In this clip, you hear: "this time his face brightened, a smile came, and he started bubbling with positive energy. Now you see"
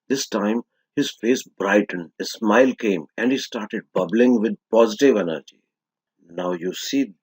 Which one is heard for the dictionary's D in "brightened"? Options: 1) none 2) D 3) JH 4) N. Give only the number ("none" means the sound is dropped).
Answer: 1